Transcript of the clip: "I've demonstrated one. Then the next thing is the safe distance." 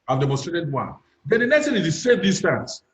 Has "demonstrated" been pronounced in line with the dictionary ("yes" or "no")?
no